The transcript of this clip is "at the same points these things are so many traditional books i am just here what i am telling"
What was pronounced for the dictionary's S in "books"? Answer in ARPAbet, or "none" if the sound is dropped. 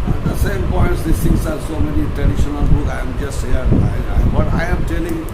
none